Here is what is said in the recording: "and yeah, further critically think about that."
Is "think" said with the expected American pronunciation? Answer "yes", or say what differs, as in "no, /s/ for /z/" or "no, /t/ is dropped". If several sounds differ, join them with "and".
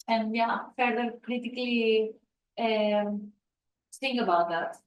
no, /s/ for /θ/